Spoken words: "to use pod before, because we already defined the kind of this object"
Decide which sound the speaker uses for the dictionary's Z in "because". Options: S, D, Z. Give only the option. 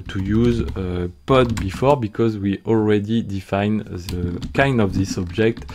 Z